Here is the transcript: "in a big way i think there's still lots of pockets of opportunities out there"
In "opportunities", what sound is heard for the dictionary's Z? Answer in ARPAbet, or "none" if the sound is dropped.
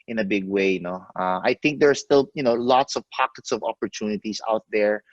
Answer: S